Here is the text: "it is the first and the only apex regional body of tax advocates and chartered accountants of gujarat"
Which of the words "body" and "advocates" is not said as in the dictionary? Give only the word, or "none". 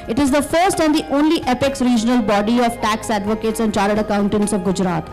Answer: none